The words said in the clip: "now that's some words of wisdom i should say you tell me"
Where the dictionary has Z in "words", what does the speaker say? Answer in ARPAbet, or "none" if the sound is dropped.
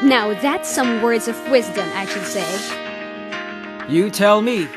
Z